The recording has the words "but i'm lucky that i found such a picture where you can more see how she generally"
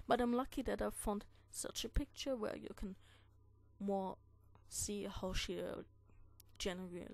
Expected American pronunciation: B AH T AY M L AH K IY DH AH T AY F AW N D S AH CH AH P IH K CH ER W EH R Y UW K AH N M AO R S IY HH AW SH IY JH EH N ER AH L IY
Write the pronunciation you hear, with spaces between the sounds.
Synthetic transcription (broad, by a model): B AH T AY M L AH K IY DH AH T AY F AW N D S AH CH AH P IH K CH ER W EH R Y UW K AH N M AO R S IY HH AW SH IY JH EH N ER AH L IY